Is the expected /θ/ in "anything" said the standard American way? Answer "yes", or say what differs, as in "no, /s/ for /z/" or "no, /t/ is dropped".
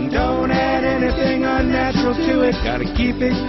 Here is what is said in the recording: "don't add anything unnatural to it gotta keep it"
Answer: yes